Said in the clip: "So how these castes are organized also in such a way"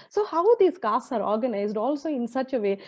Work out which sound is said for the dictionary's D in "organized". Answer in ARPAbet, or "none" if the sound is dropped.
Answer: D